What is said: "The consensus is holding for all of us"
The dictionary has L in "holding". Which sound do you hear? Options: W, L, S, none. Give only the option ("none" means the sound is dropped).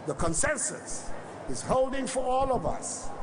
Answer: L